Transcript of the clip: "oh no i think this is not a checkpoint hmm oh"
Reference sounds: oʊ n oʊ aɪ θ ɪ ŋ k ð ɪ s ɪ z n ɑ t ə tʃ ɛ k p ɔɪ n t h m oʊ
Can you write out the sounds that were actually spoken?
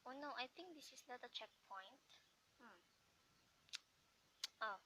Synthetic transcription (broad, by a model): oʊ n oʊ aɪ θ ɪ ŋ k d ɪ s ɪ s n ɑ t ə tʃ ɛ k p ɔɪ n t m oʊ